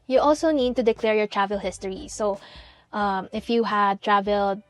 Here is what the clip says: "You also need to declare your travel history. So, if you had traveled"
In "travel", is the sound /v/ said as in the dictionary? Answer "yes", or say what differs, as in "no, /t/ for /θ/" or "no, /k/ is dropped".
yes